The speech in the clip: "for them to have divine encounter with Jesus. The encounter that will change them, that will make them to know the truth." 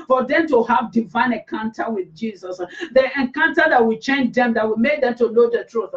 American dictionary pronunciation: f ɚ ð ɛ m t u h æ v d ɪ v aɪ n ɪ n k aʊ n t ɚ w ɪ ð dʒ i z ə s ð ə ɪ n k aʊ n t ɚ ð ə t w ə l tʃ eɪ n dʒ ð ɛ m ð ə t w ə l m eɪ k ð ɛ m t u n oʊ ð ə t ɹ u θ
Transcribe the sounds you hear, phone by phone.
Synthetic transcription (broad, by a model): f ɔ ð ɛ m t u h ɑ v d ɪ v aɪ n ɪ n k aʊ n t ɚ w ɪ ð dʒ i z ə s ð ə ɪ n k aʊ n t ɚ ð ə t w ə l tʃ eɪ n dʒ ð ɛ m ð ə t w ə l m eɪ k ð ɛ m t u l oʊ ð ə t ɹ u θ